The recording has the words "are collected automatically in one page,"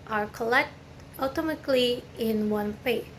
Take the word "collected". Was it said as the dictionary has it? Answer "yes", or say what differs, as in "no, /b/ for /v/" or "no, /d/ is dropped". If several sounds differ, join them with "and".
no, /d/ is dropped